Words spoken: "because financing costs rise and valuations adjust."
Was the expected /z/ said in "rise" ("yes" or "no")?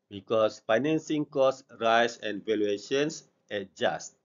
no